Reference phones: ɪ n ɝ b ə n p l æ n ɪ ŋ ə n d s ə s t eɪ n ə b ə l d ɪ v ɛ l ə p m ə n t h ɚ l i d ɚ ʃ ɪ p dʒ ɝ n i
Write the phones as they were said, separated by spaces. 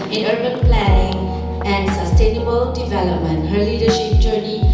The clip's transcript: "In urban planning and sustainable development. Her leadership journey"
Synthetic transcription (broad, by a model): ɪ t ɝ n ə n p l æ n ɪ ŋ ə n d s ə s t eɪ n ə b ə l d ɪ v ɛ l ə p m ə n t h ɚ l i d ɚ ʃ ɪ p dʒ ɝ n i